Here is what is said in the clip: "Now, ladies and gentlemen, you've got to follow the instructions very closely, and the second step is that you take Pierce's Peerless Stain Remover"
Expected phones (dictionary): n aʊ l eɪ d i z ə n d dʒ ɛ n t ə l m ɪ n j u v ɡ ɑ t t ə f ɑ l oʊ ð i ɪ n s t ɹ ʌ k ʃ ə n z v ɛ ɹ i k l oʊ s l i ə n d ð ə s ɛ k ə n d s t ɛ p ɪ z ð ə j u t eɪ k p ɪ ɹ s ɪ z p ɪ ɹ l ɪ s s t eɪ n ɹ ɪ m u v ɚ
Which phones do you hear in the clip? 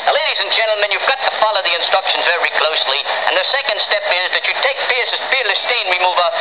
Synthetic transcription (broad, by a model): l eɪ d i z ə n dʒ ɛ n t l m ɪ n j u v ɡ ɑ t t ə f ɑ l oʊ ð i ɪ n s t ɹ ʌ k ʃ ə n z v ɛ ɹ i k l oʊ s l i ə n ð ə s ɛ k ə n d s t ɛ p ɪ z ð ə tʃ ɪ t eɪ k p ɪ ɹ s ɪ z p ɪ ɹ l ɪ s s t eɪ n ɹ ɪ m u v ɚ